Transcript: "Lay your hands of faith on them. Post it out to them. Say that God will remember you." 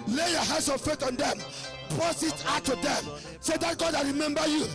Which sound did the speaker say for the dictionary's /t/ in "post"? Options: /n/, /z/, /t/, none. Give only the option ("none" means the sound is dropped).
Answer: none